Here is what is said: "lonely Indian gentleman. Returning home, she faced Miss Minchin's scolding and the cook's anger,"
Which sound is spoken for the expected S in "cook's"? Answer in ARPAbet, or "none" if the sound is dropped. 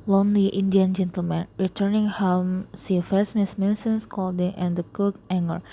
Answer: none